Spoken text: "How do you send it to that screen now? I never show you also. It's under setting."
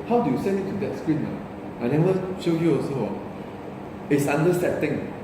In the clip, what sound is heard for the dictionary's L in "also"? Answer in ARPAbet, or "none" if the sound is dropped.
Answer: none